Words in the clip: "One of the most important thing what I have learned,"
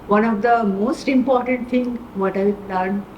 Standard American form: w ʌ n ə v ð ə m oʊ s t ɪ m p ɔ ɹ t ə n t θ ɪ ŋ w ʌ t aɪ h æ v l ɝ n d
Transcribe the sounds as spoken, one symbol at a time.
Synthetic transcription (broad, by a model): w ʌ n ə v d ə m oʊ s t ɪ m p ɔ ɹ t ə n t t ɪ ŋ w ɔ t aɪ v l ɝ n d